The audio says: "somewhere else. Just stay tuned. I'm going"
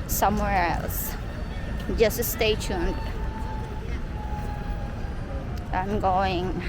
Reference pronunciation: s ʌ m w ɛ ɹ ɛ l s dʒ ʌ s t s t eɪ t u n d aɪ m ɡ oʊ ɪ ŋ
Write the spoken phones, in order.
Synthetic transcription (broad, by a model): s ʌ m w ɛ ɹ ɛ l s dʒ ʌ s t s t eɪ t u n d aɪ m ɡ oʊ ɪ ŋ